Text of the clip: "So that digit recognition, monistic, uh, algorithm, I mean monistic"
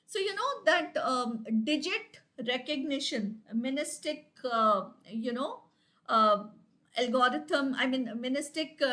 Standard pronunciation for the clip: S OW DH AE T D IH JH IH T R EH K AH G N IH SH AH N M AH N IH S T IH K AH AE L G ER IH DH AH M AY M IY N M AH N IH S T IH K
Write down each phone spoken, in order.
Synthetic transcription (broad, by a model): S OW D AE T D IH JH IH T R EH K AH G N IH SH AH N M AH N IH S T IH K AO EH L G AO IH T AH M AY M IY N M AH N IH S T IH K